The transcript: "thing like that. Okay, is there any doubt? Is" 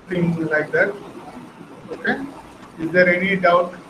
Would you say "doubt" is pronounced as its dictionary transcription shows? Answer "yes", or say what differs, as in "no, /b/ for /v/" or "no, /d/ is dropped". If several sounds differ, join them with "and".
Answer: no, /t/ is dropped